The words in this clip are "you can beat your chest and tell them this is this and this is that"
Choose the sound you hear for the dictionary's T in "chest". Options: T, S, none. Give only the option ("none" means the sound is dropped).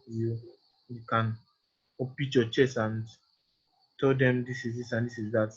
none